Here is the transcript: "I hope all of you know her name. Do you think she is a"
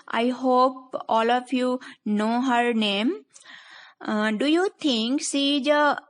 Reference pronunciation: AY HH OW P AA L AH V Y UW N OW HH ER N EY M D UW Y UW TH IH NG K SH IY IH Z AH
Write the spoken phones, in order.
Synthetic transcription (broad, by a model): AY HH OW P AA L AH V Y UW N OW HH ER N EY M D UW Y UW T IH NG K S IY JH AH